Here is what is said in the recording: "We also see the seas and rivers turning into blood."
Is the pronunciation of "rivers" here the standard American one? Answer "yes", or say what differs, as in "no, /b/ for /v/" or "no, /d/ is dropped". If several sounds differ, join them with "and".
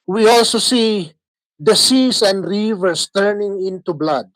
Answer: no, /s/ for /z/